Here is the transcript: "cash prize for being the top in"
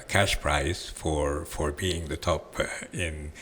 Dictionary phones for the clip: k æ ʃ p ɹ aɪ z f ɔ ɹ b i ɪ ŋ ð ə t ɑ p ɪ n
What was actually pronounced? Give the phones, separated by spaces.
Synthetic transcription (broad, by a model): k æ ʃ p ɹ aɪ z f ɔ ɹ b i ɪ ŋ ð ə t ɑ p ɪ n